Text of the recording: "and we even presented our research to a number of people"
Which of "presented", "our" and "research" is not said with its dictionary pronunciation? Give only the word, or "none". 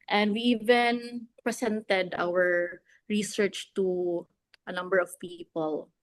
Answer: presented